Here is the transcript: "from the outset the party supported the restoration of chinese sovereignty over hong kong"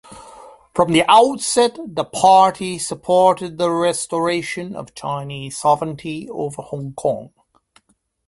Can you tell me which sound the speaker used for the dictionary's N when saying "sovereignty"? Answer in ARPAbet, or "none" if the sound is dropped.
N